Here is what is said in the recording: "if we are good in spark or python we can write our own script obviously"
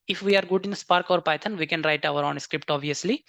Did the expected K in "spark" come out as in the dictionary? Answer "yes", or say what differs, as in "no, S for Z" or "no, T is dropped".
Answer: yes